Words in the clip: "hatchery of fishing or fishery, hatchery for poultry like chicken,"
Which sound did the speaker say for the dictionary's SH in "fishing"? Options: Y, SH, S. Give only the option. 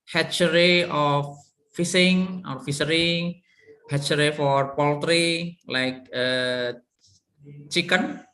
S